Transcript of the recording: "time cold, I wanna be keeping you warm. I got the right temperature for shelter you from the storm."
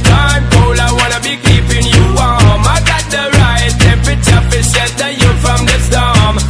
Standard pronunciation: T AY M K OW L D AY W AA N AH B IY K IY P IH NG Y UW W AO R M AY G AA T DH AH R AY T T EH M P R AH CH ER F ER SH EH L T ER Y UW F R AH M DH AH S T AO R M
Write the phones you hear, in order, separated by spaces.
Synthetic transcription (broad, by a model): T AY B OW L AY W AA N AH B IY K IY P IH NG Y UW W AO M AY G AA T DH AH R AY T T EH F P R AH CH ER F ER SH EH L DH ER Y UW F R AH M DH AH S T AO M